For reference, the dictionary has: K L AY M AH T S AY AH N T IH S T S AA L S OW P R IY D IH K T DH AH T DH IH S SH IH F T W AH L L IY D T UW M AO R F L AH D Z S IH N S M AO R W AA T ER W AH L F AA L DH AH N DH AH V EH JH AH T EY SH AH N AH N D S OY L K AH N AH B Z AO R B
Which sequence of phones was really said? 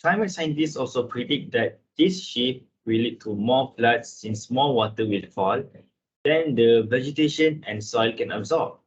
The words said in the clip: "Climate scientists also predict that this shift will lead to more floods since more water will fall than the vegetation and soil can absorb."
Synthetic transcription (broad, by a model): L AY M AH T S AY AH N T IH S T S AA L S OW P R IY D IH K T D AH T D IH S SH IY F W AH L L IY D T UW M AO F L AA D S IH N S M AO W AA T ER W AH L F AA L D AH N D AH V EH JH AH T EY SH AH N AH N S OY L K AH N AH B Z AO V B